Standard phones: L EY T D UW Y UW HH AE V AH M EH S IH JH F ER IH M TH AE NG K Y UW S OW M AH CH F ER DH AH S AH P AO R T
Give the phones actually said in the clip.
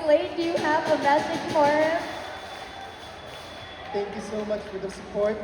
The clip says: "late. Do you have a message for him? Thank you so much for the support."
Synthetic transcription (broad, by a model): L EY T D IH Y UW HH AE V AH M EH S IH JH F ER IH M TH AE NG K Y UW S OW M AH CH F ER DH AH S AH P AO R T